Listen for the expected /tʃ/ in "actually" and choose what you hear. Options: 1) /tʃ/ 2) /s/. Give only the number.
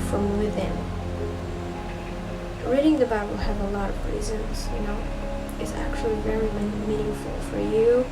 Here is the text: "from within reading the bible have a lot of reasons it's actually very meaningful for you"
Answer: 1